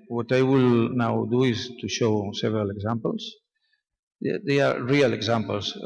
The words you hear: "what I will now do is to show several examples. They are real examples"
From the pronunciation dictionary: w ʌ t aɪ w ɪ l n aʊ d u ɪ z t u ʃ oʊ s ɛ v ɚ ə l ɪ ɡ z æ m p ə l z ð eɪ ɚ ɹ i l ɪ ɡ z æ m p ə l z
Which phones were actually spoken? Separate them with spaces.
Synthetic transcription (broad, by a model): w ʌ t aɪ w ɪ l n aʊ d u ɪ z t u ʃ oʊ s ɛ v ɚ ə l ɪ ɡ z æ m p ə l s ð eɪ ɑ ɹ i l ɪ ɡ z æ m p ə l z